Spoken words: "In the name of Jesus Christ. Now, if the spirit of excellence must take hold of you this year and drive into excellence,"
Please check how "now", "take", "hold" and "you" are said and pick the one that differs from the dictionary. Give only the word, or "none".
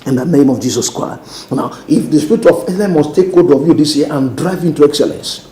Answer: hold